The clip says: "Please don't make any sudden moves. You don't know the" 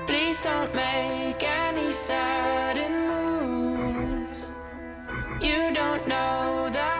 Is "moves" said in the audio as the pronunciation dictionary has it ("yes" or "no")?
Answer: no